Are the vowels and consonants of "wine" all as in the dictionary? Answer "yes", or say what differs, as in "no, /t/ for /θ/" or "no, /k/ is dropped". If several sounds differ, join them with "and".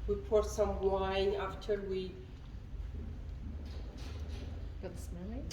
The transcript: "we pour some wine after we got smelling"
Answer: no, /n/ is dropped